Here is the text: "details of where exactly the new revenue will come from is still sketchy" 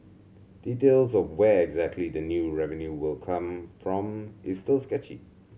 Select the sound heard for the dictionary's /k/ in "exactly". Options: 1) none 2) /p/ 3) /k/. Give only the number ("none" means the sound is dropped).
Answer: 3